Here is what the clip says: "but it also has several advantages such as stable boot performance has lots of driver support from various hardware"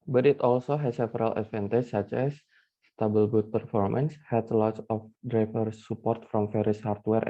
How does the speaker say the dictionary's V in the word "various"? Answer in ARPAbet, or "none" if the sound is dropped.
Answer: F